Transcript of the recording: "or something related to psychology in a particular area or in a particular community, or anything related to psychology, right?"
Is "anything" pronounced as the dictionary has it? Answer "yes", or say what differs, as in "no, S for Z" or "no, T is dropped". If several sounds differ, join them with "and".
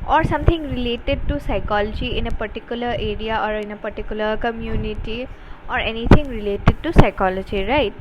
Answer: no, T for TH